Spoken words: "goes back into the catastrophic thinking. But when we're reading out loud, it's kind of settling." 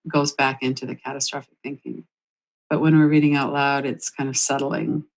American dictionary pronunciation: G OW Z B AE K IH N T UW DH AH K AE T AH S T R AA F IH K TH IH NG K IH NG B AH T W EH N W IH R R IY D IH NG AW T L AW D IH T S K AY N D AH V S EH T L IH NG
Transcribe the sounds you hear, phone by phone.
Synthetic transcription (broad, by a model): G OW Z B AE K IH N T UW DH AH K AE T AH S T R AA F IH K TH IH NG K IH NG B AH T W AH N W IH R R IY D IH NG AW T L AW D IH T S K AY N D AH V S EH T L IH NG